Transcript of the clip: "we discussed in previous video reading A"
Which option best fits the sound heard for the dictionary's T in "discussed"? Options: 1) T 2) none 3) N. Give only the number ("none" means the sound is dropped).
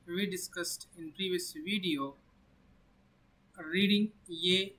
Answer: 1